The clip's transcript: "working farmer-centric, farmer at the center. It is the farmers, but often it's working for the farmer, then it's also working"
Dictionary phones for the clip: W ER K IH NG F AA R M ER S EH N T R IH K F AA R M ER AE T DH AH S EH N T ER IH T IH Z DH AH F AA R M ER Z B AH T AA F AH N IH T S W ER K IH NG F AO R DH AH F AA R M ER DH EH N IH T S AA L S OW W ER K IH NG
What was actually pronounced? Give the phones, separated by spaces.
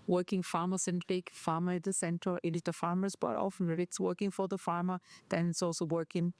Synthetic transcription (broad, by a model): W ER K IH NG F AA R M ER S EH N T IH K F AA R M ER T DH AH S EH N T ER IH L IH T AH F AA R M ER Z B AH T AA F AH N IH T S W ER K IH NG F AO R DH AH F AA R M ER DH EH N IH T S AA L S OW W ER K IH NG